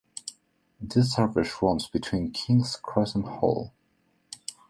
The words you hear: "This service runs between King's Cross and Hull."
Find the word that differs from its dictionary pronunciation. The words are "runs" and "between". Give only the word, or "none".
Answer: runs